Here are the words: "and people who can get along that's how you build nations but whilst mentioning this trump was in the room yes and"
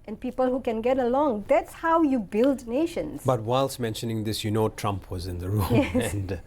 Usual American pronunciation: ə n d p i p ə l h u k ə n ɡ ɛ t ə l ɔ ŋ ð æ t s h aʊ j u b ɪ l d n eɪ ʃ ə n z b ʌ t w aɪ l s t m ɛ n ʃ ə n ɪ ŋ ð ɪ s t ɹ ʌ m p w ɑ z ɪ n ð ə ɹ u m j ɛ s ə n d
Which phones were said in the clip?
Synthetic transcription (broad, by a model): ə n p i p ə l h u k ə n ɡ ɛ t ə l ɔ ŋ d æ t s h aʊ j u b ɪ l d n eɪ ʃ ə n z b ʌ t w aɪ l s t m ɛ n ʃ ə n ɪ ŋ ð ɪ s t ɹ ʌ m p w ɑ z ɪ n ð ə ɹ u m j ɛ ə n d